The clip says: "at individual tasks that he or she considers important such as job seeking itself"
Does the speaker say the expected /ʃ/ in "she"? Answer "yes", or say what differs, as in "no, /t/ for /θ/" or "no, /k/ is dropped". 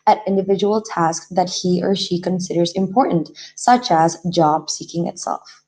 yes